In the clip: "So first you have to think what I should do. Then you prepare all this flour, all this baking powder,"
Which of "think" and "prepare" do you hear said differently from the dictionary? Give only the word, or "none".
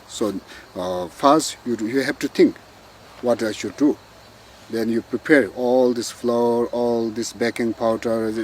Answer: think